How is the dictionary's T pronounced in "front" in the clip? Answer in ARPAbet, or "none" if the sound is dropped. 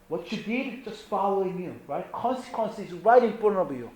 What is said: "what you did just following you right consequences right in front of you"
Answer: none